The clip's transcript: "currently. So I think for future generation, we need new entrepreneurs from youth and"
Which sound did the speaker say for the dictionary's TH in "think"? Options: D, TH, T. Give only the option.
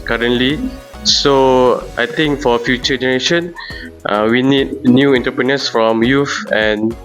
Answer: T